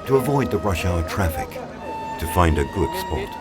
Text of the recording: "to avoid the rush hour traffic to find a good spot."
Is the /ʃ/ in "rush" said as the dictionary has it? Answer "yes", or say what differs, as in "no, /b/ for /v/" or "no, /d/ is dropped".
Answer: yes